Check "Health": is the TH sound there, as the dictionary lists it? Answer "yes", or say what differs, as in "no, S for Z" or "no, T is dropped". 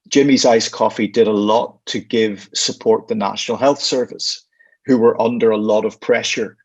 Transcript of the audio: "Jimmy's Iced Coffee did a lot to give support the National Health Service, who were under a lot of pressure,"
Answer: yes